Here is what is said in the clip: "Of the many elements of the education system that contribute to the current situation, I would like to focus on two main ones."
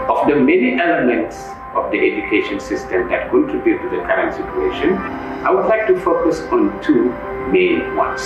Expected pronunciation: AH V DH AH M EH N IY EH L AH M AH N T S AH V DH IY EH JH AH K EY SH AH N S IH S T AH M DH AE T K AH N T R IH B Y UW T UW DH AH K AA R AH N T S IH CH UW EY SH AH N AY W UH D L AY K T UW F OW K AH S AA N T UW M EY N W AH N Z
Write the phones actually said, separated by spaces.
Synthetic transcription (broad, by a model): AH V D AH M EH N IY EH L AH M AH N T S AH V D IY EH JH AH K EY SH AH N S IH S T AH M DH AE T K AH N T IH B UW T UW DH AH K AA R AH N T S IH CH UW EY SH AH N AY W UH D L AY K T UW F OW K AH S AA N T UW M EY N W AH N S